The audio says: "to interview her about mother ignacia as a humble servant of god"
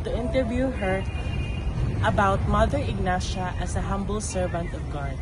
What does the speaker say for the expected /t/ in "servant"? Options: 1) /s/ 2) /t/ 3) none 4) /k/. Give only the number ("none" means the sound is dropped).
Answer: 2